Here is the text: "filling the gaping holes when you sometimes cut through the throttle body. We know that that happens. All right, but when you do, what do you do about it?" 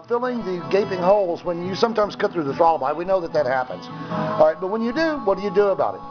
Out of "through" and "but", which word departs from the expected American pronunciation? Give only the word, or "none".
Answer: none